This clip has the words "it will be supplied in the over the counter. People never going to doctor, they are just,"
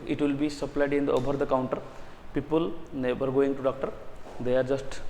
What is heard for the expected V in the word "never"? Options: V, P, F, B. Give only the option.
B